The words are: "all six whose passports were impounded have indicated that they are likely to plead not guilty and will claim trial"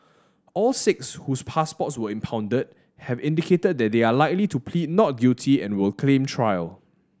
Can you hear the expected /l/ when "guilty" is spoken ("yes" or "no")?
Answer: no